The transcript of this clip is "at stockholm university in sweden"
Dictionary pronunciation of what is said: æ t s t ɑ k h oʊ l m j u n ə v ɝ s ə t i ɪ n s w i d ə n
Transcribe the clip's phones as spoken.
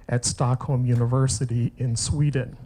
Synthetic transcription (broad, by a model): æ t s t ɑ k h oʊ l m j u n ə v ɝ s ə t i ɪ n s w i d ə n